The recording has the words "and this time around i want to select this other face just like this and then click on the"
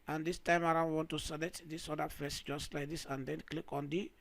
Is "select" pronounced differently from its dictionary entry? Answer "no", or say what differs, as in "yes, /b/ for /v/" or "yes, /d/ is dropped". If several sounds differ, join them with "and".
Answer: yes, /k/ is dropped